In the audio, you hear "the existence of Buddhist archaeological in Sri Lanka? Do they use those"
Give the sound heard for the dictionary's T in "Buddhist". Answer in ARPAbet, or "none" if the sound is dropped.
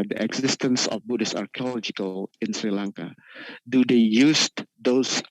none